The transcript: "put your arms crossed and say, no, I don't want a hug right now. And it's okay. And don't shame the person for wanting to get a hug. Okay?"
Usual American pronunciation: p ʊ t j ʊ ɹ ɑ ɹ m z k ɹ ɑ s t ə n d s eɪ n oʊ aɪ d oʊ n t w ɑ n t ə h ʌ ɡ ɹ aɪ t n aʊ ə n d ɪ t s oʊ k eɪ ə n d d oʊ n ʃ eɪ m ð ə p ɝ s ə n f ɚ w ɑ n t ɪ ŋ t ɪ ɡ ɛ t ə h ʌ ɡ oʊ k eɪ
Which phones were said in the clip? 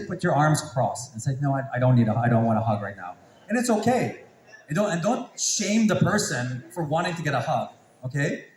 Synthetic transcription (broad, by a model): p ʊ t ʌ ɹ ɑ ɹ m z k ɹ ɑ s ə n s eɪ n oʊ aɪ d oʊ n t w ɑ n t ə h ʌ ɡ ɹ aɪ t n aʊ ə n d ɪ t s oʊ k eɪ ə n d d oʊ n ʃ eɪ m ð ə p ɝ s ə n f ɚ w ɑ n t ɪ ŋ t ɪ ɡ ɛ t ə h ʌ ɡ oʊ k eɪ